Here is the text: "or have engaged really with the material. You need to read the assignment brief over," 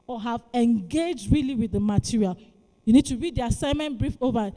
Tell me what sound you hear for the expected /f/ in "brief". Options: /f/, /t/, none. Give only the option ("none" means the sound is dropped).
/f/